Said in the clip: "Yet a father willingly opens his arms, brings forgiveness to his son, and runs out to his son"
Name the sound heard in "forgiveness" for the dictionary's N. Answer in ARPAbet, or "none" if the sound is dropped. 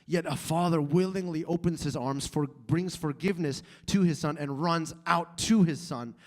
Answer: N